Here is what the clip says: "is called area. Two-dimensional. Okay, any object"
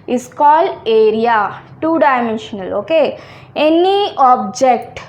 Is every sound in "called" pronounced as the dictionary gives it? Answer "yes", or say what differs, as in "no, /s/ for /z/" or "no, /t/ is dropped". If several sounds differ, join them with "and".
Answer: no, /d/ is dropped